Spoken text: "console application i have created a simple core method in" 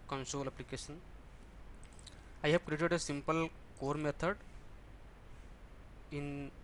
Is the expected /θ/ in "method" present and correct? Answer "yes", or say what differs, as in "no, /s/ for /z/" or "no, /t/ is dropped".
no, /t/ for /θ/